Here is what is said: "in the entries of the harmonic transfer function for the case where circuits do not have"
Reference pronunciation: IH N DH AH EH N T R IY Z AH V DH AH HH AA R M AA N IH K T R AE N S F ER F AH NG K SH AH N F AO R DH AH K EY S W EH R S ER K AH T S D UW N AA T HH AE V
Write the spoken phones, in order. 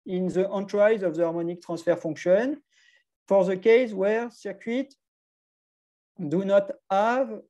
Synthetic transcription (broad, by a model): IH N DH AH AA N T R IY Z AH V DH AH AA R M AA N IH K T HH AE S F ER F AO K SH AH N F AO R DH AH K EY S W EH R S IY K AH T D UW N AA T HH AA V